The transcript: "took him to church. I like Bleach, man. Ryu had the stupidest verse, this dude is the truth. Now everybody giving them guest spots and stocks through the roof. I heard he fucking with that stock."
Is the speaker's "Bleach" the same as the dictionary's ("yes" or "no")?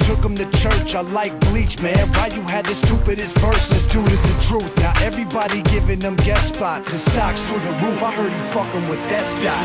yes